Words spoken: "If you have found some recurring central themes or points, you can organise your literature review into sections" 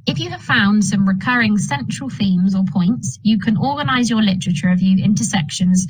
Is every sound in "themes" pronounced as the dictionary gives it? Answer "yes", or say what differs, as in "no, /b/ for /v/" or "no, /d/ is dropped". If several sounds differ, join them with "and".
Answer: yes